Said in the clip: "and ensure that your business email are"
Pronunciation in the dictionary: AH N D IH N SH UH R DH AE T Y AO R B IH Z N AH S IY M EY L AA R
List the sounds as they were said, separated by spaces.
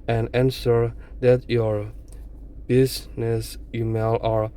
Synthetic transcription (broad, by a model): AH N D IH N S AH R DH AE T Y AO R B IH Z N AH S IY M EY L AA R